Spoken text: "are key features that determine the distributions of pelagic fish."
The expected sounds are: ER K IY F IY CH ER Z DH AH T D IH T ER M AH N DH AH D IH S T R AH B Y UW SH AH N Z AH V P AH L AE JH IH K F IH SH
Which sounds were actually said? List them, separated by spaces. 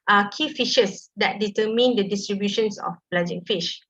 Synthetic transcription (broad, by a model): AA K IY F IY SH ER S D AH T D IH T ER M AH N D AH D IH S T R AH B Y UW SH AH N S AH F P L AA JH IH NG F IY SH